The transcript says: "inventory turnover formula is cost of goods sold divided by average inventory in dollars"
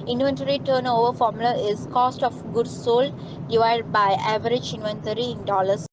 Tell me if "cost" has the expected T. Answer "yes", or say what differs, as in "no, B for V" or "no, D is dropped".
yes